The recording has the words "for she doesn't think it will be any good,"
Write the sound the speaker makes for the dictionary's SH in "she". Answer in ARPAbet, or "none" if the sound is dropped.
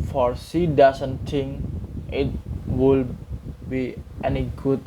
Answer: S